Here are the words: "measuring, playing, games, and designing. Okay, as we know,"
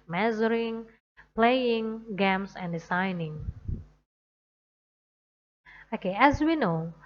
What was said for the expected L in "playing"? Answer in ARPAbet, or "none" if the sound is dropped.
L